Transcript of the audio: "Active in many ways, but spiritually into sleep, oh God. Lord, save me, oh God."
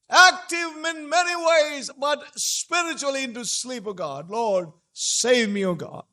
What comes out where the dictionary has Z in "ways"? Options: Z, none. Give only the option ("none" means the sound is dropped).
Z